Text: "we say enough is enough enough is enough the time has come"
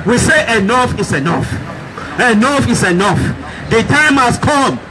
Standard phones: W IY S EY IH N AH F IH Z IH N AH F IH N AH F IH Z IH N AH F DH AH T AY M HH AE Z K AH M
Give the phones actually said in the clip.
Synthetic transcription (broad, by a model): W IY S EY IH N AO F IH S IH N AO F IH N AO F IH S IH N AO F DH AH T AY M HH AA S K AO M